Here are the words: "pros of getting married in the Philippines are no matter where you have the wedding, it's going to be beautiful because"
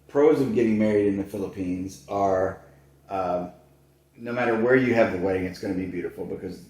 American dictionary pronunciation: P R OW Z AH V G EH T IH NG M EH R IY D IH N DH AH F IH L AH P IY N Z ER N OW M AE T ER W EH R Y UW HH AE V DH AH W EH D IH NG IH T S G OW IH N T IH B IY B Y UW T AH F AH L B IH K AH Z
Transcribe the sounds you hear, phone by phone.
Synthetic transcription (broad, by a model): P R OW Z AH V G EH T IH NG M EH R IY D IH N DH AH F IH L AH P IY N Z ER N OW M AE T ER W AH R Y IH V DH AH W EH D IH NG IH T S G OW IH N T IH B IY B Y UW T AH F L B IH K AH Z